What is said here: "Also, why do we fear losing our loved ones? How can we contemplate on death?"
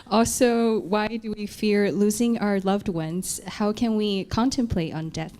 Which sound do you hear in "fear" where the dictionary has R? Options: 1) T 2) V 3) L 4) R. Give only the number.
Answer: 4